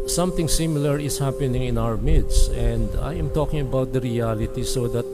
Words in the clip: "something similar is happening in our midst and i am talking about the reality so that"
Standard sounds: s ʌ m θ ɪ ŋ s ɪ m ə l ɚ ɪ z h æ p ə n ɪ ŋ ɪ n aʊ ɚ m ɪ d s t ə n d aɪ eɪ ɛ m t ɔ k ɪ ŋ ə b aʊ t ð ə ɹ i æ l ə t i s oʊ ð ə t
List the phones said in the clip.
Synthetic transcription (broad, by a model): s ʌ m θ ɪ ŋ s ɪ m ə l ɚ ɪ s h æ p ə n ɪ ŋ ɪ n aʊ ɚ m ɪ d s ə n d aɪ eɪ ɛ m t ɔ k ɪ ŋ ə b aʊ t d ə ɹ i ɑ l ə t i s oʊ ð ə t